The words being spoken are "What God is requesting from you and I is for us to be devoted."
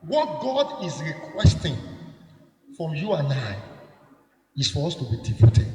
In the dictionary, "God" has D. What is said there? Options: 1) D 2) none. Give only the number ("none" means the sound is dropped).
1